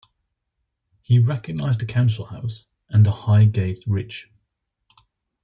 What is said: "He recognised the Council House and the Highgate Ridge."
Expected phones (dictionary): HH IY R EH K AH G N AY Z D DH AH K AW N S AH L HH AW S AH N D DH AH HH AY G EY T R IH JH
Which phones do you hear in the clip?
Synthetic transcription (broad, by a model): HH IY R EH K AH G N AY Z D DH AH K AW N S AH L HH AW S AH N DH AH HH AY G EY T R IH CH